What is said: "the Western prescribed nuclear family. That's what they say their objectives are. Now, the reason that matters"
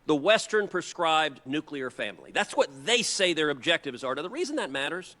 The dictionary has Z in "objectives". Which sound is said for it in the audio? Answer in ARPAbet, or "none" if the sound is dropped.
Z